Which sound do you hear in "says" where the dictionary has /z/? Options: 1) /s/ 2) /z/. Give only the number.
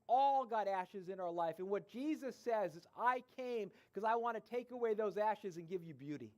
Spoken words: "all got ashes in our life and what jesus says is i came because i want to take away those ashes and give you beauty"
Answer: 2